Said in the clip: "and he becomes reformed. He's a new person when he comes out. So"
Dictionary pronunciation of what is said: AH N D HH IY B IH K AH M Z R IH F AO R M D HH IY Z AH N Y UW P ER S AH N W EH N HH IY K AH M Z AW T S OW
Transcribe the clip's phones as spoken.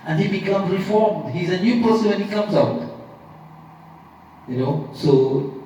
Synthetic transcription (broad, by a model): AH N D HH IY B IH K AH M Z R IH F AO R M D HH IY Z AH N Y UW P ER S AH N W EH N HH IY K AH M Z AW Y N OW